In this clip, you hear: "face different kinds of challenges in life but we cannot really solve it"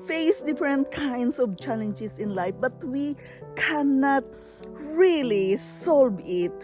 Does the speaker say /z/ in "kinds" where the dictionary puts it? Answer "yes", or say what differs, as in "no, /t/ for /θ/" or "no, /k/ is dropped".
no, /s/ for /z/